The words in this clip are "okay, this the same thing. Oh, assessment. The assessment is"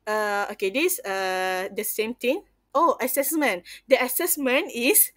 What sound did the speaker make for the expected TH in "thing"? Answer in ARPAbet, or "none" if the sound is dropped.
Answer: T